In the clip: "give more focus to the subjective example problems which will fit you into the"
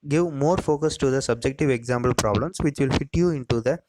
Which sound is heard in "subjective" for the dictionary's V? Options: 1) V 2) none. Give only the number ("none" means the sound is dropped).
1